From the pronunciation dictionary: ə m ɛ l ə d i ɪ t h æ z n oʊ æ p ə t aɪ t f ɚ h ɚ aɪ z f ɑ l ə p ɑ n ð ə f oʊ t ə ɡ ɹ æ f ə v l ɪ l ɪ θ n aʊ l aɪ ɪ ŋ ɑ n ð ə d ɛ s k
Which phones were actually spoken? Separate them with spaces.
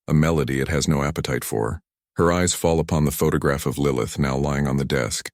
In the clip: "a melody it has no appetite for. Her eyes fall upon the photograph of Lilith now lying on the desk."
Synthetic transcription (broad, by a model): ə m ɛ l ə d i ɪ t h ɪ z n oʊ æ p ə t aɪ t f ɚ h ɚ aɪ z f ɑ l ə p ɑ n ð ə f oʊ t ə ɡ ɹ æ f ə v l ɪ l ɪ θ n aʊ l aɪ ɪ ŋ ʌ n ð ə d ɛ s k